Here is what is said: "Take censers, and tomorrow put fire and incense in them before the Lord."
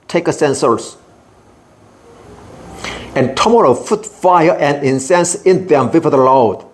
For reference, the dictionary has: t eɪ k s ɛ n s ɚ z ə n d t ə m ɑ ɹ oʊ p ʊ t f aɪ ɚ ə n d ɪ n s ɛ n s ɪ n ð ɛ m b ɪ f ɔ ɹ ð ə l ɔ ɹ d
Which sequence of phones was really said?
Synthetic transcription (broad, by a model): t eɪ k s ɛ n s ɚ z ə n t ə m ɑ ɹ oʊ f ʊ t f aɪ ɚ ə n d ɪ n s ɛ n s ɪ n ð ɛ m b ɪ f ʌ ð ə l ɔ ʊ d